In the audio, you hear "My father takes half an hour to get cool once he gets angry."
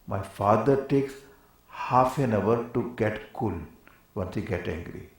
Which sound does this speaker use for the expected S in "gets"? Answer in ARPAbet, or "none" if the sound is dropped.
none